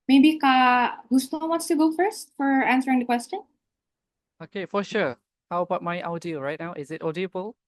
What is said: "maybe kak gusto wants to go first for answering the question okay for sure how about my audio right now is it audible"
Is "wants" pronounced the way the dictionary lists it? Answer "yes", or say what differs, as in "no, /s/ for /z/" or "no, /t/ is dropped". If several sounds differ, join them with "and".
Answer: no, /n/ is dropped